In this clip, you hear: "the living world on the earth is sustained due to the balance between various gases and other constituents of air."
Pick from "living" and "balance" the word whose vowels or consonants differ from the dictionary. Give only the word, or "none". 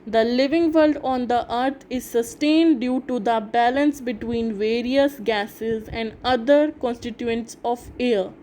none